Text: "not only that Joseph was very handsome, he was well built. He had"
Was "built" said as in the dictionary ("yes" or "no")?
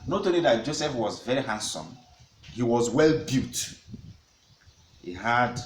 no